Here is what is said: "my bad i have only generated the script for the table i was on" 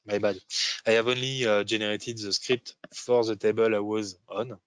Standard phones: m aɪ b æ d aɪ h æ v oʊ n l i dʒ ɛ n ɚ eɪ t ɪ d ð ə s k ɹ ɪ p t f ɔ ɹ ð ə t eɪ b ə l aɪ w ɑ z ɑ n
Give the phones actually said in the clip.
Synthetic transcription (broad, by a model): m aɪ b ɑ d aɪ h æ v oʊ n l i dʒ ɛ n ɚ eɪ t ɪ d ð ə s k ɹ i p t f ɔ ɹ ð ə t eɪ b ə l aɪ w ɑ z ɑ n